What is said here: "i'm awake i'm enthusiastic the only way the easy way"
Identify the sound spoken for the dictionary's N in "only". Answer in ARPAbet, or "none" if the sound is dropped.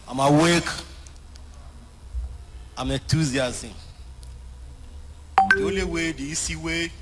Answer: none